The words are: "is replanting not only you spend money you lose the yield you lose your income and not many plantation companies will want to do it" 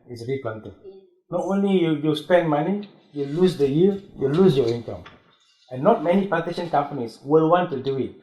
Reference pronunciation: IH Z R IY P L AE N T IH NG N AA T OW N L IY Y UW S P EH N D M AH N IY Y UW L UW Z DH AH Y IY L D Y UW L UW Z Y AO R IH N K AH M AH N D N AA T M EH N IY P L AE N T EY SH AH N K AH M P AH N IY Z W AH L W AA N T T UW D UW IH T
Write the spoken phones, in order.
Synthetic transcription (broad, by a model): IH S R IY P L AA N T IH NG N AA T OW N L IY Y UW S P EH N D M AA N IY Y UW L UW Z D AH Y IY Y UW L UW S Y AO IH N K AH M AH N N AA T M EH N IY P AA T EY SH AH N K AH M P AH N IY S W AH L W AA N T T UW D UW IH T